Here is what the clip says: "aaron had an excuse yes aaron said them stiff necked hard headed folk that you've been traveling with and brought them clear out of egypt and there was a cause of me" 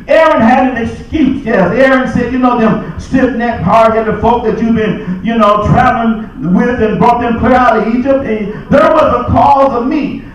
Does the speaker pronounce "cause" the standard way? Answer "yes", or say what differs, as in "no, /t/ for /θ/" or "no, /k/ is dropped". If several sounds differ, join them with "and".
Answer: yes